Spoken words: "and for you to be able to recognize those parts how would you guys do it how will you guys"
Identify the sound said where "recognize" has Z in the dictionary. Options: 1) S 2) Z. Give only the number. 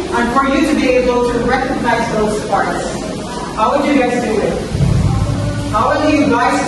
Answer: 2